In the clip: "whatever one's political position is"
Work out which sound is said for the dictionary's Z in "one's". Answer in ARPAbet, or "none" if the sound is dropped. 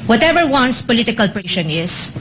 S